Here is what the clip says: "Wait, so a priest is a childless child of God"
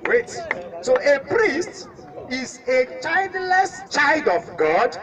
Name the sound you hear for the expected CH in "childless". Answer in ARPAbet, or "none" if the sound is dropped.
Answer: CH